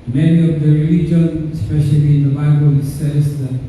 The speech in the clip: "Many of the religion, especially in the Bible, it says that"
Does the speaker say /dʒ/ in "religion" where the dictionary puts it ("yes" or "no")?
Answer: yes